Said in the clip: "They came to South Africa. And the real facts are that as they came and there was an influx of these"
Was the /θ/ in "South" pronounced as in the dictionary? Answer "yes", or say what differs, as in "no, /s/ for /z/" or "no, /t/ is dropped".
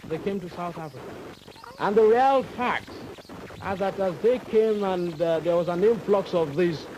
yes